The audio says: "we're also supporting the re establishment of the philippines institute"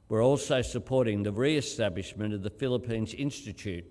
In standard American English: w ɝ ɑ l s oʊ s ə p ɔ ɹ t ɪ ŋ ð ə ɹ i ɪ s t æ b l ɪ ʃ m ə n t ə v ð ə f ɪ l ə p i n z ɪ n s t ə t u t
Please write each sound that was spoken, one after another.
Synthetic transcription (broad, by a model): w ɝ ɑ l s oʊ s ə p ɔ ɹ t ɪ ŋ ð ə ɹ i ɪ s t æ b l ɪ ʃ m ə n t ə v ð ə f ɪ l ə p i n z ɪ n s t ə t u t